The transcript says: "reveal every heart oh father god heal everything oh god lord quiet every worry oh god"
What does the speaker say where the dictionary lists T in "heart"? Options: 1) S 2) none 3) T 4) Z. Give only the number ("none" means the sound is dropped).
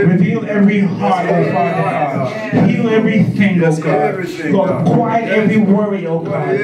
2